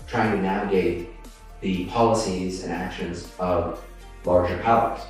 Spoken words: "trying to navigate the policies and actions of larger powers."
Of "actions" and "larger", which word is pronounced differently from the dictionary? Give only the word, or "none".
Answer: none